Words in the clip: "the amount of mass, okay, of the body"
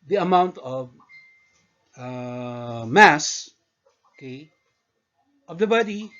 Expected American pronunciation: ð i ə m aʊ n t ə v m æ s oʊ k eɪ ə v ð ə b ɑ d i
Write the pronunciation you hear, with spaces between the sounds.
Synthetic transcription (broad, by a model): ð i ə m aʊ n t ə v m æ s oʊ k eɪ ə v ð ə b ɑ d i